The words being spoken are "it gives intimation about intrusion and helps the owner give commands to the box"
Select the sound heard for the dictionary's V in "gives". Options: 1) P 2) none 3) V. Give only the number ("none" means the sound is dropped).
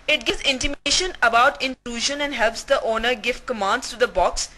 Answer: 2